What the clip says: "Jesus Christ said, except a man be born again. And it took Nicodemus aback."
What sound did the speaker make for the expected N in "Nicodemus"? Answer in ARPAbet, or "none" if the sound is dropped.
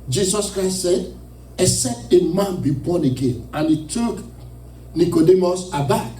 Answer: N